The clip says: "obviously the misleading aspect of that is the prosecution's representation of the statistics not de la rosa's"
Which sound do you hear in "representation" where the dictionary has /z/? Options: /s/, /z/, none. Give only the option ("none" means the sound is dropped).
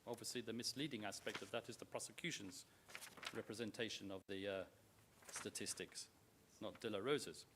/z/